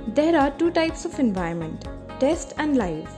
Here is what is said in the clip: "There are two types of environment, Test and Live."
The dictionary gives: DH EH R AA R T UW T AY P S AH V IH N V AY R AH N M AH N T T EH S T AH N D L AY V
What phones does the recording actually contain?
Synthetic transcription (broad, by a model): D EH R AA R T UW T AY P S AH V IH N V AY AH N M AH N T T EH S T AH N D L AY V